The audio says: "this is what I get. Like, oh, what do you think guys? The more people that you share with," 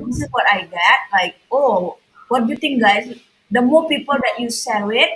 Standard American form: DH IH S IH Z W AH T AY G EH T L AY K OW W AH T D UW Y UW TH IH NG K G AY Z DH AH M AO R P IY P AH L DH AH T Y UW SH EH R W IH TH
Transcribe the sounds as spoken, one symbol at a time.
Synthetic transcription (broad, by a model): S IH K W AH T AY G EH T L AY K OW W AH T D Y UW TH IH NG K G AY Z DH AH M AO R P IY P AH L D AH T Y UW S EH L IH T